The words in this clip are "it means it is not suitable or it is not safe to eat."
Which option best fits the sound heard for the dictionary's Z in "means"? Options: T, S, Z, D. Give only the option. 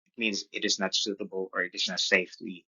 Z